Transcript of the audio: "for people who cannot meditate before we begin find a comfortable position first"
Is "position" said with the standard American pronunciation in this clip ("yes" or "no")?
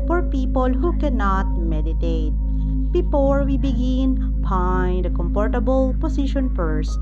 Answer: no